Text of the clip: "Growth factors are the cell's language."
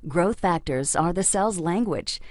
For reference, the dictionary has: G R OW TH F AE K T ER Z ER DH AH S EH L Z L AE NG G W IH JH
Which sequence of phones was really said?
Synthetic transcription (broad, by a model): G R OW TH F AE K T ER Z ER DH AH S EH L Z L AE NG G W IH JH